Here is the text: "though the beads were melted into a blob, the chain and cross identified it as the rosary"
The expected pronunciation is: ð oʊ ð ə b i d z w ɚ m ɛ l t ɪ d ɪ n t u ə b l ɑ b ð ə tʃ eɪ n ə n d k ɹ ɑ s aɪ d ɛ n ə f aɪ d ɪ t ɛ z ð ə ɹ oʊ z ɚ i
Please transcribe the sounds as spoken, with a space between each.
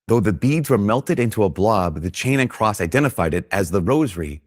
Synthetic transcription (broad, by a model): ð oʊ ð ə b i d z w ɚ m ɛ l t ɪ d ɪ n t u ə b l ɑ b ð ə tʃ eɪ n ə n k ɹ ɑ s aɪ d ɛ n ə f aɪ d ɪ t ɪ z ð ə ɹ oʊ z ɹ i